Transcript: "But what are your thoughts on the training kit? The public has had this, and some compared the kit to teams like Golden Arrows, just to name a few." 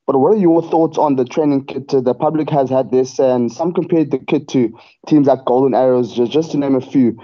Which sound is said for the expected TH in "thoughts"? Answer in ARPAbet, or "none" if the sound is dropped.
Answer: TH